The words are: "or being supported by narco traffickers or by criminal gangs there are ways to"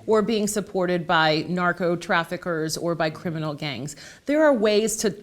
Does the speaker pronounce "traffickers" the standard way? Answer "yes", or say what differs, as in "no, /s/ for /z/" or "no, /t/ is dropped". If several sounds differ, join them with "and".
yes